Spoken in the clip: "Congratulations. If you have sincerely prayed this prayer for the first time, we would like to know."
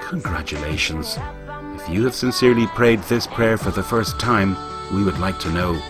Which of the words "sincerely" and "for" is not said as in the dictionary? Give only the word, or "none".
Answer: none